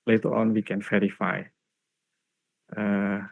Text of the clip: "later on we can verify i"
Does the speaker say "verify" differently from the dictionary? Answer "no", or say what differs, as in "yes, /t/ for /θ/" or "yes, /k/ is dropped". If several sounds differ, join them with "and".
yes, /f/ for /v/